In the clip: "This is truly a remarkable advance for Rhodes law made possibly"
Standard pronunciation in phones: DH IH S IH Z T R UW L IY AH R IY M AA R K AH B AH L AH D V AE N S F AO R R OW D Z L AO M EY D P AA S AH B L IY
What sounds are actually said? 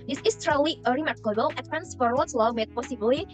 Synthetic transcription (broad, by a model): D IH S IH S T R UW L IY AH R IY M AA R K AH B AH L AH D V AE N S F AO R W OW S L AO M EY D P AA S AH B L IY